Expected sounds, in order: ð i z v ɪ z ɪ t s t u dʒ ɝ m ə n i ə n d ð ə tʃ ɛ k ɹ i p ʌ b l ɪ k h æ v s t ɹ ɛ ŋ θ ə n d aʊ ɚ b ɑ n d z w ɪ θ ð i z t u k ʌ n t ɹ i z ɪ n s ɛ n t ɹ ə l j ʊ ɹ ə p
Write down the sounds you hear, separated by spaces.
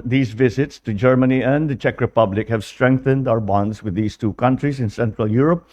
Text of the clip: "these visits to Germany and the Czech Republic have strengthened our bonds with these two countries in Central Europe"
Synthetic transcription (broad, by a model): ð i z v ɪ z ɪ t s t u dʒ ɝ m ə n i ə n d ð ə tʃ ɛ k ɹ i p ʌ b l ɪ k h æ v s t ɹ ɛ ŋ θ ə n d aʊ ɚ b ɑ n d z w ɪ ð i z t u k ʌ n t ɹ i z ɪ n s ɛ n t ɹ ə l j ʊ ɹ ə p